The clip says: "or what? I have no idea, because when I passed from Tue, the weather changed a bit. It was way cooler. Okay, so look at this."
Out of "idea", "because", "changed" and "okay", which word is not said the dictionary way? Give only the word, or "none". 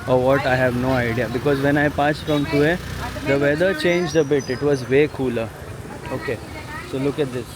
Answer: none